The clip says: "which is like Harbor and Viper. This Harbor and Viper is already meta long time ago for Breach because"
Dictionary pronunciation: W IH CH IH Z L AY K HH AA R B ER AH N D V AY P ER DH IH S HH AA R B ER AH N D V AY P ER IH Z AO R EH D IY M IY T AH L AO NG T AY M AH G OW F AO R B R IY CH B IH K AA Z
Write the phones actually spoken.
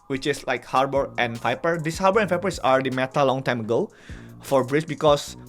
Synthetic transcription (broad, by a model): W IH CH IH S L AY K HH AA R B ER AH N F AY P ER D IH S HH AA R B ER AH N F AY P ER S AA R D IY M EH T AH L AO NG T AY M AH G OW F AO R B R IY S B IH K AA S